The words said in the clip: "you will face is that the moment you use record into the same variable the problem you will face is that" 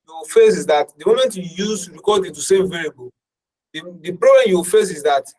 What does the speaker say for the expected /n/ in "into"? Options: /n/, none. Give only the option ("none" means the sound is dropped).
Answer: none